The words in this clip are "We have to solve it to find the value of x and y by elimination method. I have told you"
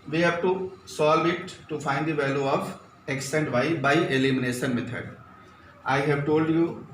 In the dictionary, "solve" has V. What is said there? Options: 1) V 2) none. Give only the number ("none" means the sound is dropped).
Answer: 1